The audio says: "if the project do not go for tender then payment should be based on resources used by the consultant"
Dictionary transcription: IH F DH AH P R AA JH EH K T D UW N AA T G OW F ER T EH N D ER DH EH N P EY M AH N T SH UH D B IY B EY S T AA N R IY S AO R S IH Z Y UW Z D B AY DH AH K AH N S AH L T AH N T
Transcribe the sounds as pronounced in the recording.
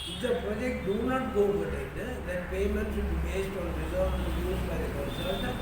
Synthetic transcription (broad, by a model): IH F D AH P R AA JH EH K T D UW N AA T G OW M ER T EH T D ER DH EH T P EY M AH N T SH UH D B IY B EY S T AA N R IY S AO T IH Y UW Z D B AY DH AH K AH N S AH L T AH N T